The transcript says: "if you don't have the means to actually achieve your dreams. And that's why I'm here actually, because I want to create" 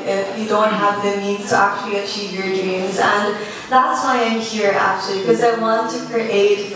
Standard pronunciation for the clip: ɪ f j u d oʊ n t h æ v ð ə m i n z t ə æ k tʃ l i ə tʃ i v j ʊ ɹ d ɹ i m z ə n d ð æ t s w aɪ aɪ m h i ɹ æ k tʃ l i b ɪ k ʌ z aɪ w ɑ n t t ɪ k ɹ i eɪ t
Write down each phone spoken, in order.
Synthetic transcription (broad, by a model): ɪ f j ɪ d oʊ n t h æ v ð ə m i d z t ə æ k tʃ l i ə tʃ i v j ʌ ɹ d ɹ i m z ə n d ð æ t s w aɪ aɪ m h i ɹ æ k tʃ i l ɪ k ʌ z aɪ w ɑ n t t ɪ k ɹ i eɪ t